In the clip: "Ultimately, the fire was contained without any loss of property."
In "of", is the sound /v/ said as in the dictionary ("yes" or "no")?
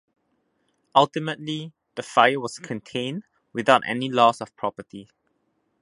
no